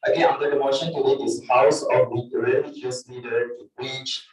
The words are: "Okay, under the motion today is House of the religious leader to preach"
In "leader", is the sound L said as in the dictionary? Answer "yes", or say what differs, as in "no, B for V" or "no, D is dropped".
no, N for L